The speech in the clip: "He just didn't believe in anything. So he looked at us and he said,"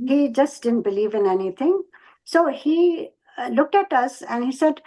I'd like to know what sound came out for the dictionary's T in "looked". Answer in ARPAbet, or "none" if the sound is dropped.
T